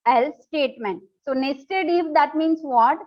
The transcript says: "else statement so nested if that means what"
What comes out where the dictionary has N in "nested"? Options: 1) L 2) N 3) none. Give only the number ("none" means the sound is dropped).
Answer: 2